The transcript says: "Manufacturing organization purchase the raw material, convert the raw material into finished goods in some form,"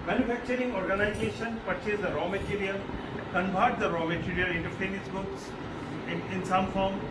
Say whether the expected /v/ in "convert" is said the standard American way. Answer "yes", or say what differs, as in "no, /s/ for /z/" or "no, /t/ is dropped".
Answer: no, /b/ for /v/